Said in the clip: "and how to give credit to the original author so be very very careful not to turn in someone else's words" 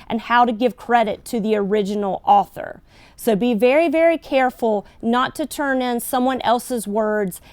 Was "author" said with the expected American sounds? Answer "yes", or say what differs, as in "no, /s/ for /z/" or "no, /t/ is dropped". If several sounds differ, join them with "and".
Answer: yes